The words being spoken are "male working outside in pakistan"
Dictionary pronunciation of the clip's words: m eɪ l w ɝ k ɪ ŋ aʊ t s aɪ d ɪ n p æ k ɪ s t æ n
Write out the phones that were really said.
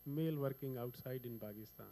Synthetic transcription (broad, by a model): m eɪ l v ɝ k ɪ ŋ aʊ t s aɪ d ɪ n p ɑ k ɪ s t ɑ n